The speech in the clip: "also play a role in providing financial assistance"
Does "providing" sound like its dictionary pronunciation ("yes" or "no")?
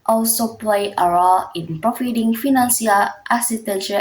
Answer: no